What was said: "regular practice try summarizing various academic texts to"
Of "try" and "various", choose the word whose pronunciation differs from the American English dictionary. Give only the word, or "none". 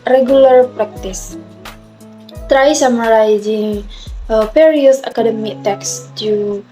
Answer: various